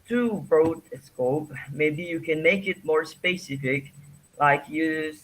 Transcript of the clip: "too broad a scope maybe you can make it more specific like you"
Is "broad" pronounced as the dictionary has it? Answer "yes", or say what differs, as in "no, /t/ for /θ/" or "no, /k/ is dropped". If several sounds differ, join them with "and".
no, /d/ is dropped